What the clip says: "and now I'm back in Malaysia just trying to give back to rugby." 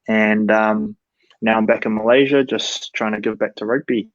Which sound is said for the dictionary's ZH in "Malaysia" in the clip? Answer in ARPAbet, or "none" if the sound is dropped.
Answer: ZH